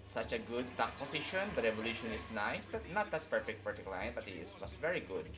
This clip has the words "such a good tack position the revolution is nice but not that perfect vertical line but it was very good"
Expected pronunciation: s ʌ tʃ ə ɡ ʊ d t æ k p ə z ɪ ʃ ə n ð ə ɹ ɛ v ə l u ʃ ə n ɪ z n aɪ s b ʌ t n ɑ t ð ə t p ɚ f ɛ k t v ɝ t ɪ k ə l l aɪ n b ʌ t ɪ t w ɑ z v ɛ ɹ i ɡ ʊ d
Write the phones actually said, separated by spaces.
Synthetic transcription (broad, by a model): s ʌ tʃ ə ɡ ʊ d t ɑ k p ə s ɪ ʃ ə n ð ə ɹ ɛ v ə l u ʃ ə n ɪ s n aɪ s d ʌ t n ɑ t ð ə t p ɚ f ɛ k t p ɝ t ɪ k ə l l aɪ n b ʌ t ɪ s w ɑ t v ɛ ɹ i ɡ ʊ d